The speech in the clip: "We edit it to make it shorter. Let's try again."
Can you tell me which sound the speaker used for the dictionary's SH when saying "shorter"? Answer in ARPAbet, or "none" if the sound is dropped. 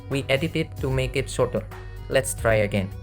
S